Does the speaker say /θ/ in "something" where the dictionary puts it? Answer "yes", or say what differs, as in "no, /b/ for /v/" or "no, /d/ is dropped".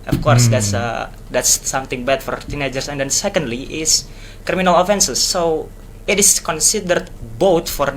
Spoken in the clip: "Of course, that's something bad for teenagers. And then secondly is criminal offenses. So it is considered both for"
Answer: no, /t/ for /θ/